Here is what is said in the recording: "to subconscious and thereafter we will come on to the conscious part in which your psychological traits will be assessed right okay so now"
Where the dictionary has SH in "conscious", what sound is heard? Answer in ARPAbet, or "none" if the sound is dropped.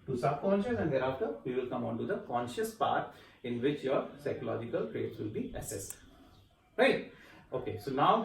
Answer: SH